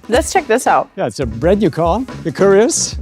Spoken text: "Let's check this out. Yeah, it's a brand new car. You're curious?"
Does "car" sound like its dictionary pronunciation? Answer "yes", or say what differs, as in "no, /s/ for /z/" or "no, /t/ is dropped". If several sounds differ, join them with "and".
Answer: no, /l/ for /ɹ/